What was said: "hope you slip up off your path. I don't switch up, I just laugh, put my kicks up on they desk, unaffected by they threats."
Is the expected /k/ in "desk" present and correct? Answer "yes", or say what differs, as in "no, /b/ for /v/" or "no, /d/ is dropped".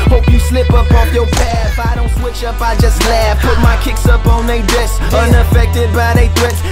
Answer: no, /k/ is dropped